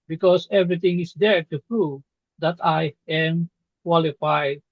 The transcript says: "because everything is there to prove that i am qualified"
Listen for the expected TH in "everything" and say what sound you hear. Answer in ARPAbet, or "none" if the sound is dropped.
T